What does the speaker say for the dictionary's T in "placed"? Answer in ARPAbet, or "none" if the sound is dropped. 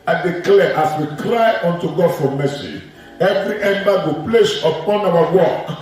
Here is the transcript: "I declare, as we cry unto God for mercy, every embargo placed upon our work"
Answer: none